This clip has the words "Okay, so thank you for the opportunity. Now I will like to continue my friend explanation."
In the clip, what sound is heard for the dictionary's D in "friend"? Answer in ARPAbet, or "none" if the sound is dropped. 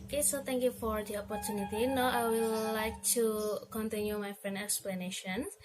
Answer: none